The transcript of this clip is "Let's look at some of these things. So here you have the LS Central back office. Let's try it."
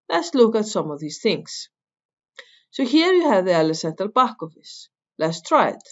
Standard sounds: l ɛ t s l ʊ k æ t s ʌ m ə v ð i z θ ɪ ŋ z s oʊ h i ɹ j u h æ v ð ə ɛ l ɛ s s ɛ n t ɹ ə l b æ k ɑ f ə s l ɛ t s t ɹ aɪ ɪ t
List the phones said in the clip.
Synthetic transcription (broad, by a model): l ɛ t s l ʊ k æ t s ʌ m ə v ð i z θ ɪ ŋ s s oʊ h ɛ ɹ j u h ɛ v ð ə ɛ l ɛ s s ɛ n t ə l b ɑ k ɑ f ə s l ɛ t s t ɹ aɪ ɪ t